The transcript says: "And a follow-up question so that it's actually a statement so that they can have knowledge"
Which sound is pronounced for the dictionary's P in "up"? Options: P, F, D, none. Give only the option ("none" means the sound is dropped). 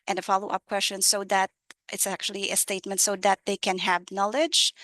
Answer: P